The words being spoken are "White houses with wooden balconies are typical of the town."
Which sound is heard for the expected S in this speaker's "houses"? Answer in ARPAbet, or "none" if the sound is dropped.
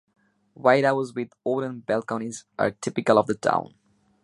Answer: none